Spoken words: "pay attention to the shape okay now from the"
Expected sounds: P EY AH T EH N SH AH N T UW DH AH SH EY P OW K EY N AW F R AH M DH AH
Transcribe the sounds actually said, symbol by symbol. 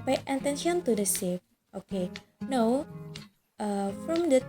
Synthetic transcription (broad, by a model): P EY AH T EH N SH AH N T UW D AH S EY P OW K EY N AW F R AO M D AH